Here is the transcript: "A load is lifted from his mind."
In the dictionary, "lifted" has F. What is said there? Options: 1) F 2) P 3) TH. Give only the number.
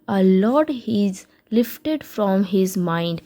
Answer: 1